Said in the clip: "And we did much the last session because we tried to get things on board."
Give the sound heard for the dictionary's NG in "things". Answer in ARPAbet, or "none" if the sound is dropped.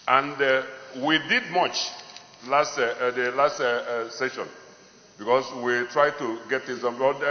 none